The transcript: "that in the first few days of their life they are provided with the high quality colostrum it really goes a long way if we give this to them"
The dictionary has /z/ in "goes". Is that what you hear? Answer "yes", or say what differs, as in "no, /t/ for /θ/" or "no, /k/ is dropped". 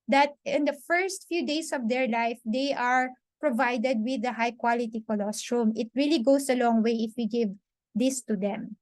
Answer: no, /s/ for /z/